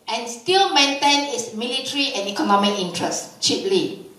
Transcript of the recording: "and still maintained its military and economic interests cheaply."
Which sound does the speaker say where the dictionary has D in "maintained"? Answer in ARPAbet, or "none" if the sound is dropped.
none